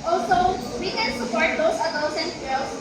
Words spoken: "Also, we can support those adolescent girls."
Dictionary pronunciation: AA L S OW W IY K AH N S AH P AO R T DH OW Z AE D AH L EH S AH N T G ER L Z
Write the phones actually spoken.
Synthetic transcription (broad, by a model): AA L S OW W IY K AH N S AH P AO R T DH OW S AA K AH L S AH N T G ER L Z